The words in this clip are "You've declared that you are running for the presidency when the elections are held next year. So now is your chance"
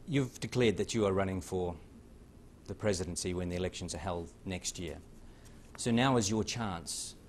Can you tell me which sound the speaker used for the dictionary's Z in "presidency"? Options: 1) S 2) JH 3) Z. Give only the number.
3